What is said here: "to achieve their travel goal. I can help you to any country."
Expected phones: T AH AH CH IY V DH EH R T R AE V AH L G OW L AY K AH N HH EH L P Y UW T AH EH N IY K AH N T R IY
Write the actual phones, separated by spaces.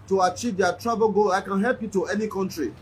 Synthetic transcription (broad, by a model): T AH AH CH IY V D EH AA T R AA B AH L G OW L AY K AH N HH EH L P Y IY T AH EH N IY K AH N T R IY